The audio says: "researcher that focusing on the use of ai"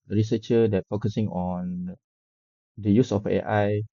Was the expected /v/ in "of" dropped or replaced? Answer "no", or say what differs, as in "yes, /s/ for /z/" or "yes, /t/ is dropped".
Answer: yes, /f/ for /v/